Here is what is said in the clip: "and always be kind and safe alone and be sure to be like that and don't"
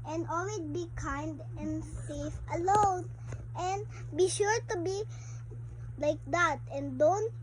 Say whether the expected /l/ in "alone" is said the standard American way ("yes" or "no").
yes